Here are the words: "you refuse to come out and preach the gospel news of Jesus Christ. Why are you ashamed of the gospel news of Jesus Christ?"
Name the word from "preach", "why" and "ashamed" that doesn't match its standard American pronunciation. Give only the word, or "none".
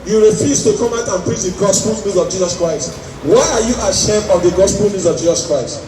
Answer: ashamed